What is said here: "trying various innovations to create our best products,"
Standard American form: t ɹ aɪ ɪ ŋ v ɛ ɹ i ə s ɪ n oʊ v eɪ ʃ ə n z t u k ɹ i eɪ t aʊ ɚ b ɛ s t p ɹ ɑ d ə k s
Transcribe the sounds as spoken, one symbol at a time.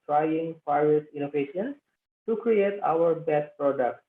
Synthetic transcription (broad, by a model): t ɹ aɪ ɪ ŋ p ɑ i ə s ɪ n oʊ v eɪ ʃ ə n s t u k ɹ i eɪ t aʊ ɚ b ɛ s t p ɹ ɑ d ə k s